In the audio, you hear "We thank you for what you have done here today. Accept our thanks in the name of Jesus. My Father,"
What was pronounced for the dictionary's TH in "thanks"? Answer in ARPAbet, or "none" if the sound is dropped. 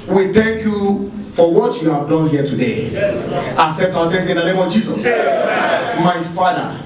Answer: T